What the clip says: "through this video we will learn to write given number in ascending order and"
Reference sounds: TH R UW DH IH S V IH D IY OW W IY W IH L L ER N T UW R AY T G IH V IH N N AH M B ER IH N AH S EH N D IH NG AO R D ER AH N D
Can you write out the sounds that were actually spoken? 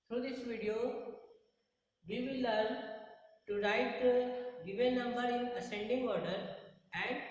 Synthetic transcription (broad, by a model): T R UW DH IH S V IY D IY OW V IY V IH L L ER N T UW R AY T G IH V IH L N AH M B ER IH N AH S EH N D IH NG AO R D ER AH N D